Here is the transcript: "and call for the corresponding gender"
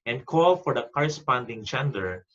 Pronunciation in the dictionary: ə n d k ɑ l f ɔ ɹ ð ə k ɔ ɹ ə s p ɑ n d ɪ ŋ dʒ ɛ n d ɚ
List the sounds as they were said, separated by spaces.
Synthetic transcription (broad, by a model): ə n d k ɑ l f ɔ ɹ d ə k ɔ ɹ ə s p ɑ n d ɪ ŋ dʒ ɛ n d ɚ